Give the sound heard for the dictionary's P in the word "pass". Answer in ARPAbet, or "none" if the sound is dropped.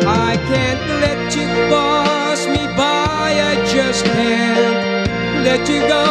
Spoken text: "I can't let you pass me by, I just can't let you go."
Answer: B